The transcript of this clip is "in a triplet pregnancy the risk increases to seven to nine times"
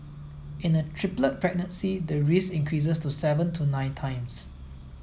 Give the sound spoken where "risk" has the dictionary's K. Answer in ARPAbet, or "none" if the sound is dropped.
none